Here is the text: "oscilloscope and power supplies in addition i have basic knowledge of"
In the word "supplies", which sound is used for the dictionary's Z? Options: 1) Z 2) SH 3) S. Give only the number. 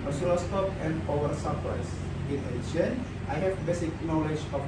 3